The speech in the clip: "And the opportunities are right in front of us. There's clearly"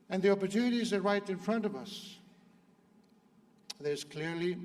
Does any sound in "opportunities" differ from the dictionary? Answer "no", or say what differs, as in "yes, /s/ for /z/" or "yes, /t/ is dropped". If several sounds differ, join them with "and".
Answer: no